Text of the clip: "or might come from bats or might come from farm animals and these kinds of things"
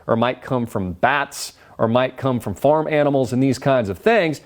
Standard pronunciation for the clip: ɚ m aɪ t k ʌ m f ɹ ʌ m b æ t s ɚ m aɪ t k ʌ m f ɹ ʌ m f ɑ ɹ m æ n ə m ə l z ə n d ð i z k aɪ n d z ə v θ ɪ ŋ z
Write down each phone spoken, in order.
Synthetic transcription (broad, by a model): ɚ m aɪ t k ʌ m f ɹ ʌ m b æ t s ɚ m aɪ t k ʌ m f ɹ ʌ m f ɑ ɹ m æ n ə m l z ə n ð i z k aɪ n d z ə v θ ɪ ŋ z